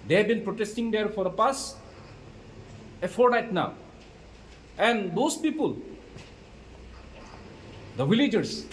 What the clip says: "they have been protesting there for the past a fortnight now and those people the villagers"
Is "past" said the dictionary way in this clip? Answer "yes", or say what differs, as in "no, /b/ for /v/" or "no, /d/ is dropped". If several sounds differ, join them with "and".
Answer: no, /t/ is dropped